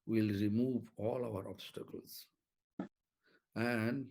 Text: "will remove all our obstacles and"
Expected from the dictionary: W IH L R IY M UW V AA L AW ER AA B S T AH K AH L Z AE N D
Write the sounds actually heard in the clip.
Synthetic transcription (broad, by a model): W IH L R IY M UW V AA L AW ER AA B S T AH K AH L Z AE N D